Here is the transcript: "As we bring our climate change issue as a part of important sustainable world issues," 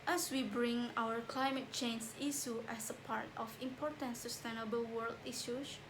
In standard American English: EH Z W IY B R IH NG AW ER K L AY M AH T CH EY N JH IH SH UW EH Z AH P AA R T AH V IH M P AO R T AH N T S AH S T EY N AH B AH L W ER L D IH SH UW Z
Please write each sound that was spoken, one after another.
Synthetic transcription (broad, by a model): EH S W IY B R IH NG AW ER K L AY M AH T CH EY N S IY S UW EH S AH P AA R T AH F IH M P AO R T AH N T S AH S T EY N AH B AH L W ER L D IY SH UW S